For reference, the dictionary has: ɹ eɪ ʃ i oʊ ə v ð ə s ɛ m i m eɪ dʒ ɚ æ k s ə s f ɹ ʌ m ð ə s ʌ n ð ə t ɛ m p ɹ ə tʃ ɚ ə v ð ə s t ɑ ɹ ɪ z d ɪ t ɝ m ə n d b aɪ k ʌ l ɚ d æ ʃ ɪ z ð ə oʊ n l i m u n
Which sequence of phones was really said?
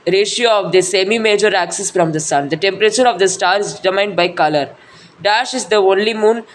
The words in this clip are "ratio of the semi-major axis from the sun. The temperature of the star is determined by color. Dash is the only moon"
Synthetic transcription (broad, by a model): ɹ eɪ ʃ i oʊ ə v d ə s ɛ m i m eɪ dʒ ɚ æ k s ə s f ɹ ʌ m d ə s ʌ n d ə t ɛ m p ɹ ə tʃ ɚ ə v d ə s t ɑ ɹ ɪ z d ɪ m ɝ ə n d b aɪ k ʌ l ɚ d æ ʃ ɪ z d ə oʊ n l i m u n